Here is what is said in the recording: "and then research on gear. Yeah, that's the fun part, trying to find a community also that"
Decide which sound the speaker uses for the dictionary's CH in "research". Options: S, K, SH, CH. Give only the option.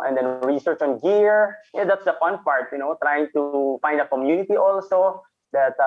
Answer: CH